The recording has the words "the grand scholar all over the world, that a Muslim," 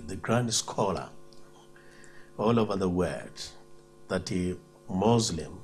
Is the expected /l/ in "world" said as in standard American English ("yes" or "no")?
no